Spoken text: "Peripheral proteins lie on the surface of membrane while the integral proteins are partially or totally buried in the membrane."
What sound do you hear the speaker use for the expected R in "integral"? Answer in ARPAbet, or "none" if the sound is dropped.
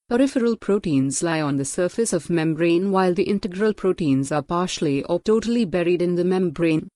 R